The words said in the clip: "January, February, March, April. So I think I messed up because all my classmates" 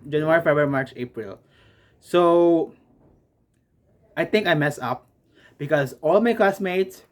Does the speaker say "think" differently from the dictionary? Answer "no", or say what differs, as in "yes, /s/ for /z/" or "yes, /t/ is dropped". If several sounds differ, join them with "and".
yes, /t/ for /θ/